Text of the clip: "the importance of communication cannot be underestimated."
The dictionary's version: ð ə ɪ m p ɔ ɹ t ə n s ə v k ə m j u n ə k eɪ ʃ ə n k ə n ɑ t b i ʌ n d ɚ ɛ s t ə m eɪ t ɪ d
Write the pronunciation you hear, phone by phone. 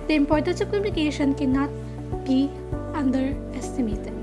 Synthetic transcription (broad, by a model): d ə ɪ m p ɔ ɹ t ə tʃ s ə p k ə m j u n ə k eɪ ʃ ə n k ə n ɑ t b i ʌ n d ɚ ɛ s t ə m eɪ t